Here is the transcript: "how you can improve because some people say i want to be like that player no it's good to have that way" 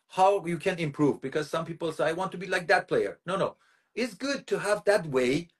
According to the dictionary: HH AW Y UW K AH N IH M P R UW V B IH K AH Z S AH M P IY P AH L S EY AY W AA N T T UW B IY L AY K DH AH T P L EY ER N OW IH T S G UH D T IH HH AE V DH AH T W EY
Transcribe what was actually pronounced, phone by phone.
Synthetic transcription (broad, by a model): HH AW Y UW K AH N IH M P R UW V B IH K AH Z S AH M P IY P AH L S EY AY W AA N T T UW B IY L AY K DH AH T P L EY ER N OW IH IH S G UH D T IH HH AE V DH AH T W EY